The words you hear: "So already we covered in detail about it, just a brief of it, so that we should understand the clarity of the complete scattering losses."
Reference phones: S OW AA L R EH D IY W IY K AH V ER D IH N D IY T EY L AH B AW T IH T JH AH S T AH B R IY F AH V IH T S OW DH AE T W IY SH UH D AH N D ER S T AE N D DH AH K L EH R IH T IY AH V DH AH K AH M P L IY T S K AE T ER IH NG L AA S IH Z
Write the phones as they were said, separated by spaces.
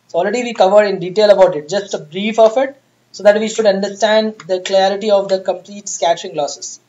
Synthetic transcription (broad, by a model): S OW AA L R EH D IY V IY K AH V ER D IH N D IY T EY L AH B AW T IH T JH AH S T AH B R IY F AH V IH T S OW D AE T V IY SH UH D AH N D ER S T AE N D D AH K L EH R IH T IY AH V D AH K AH M P L IY T S K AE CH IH NG L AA S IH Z